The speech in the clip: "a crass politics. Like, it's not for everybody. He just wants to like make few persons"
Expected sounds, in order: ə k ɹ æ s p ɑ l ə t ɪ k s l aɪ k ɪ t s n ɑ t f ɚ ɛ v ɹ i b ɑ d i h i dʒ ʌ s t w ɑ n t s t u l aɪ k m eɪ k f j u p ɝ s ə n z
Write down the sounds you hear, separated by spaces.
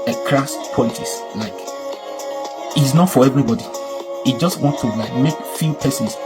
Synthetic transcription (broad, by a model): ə k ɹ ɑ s p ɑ ə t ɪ s l aɪ k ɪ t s n ɑ t f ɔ ɛ v ɹ i b ɑ d i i dʒ ʌ s t w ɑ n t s t u l aɪ k m eɪ k f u p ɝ s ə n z